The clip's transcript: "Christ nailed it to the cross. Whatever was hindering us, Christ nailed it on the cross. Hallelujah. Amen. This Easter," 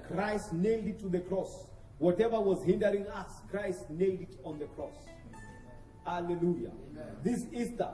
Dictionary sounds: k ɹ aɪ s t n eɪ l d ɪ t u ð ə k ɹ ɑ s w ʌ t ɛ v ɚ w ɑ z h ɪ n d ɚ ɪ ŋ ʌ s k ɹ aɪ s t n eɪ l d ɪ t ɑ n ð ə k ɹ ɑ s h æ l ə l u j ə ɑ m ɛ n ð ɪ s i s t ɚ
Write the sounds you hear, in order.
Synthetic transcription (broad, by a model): k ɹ aɪ s t n eɪ l d ɪ t u ð ə k ɹ ɑ s w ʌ t ɛ v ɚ w ɑ z h ɪ n d ɚ ɪ ŋ ʌ s k ɹ aɪ s t n eɪ l d ɪ t ɑ n ð ə k ɹ ɑ s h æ l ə l u j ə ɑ ð ɪ s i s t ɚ